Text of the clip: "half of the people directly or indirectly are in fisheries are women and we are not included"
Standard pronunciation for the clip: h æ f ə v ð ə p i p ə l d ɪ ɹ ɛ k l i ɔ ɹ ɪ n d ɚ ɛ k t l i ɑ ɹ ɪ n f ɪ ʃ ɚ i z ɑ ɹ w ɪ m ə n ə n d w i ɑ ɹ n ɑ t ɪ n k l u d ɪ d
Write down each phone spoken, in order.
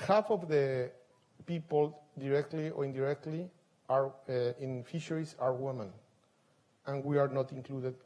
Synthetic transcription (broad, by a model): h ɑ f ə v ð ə p i p ə l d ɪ ɹ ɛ k l i ɔ ɹ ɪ n d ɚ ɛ k t l i ɑ ɹ ɪ n f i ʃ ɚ i s ɑ ɹ w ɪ m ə n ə n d w i ɑ ɹ n ɑ t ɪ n k l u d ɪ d